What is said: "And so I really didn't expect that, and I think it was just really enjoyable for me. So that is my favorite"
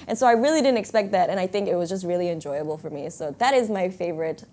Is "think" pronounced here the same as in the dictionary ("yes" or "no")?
yes